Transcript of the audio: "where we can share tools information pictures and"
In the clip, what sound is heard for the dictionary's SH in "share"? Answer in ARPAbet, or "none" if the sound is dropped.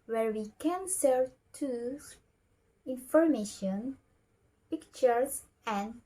S